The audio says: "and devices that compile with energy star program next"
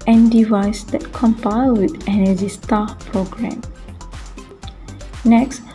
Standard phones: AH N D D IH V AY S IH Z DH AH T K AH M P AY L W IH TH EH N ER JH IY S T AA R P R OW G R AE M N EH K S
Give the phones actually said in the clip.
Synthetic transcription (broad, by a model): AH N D D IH V AY S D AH T K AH M P AY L W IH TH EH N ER Z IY S T AA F P R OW G R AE M N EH K S